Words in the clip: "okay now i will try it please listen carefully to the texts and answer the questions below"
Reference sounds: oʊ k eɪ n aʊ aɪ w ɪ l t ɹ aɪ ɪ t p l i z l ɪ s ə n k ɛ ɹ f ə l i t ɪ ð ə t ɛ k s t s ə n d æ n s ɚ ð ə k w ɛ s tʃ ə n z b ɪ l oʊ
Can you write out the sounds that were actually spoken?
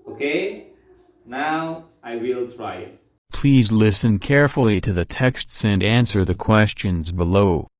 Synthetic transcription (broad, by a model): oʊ k eɪ n aʊ aɪ w ɪ l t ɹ aɪ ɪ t p l i z l ɪ s ə n k ɛ ɹ f l i t ɪ ð ə t ɛ k s t s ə n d æ n s ɚ ð ə k w ɛ s tʃ ə n z b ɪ l oʊ